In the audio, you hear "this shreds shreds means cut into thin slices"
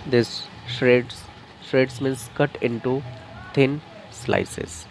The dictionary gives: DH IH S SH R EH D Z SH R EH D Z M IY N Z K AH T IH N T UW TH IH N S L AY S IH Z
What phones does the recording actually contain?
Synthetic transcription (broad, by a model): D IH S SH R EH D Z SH R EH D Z M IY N S K AH T IH N T UW T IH N S L AY S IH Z